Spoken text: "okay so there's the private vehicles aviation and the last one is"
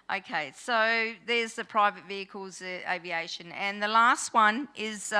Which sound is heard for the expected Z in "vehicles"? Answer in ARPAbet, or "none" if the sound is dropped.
Z